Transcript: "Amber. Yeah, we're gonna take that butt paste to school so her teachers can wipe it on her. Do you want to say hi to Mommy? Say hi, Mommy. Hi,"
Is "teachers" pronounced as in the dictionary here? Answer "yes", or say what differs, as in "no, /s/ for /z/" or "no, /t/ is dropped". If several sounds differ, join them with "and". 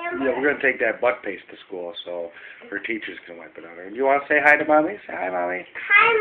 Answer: yes